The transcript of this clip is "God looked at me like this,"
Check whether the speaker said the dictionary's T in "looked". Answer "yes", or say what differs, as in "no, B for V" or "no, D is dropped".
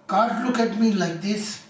no, T is dropped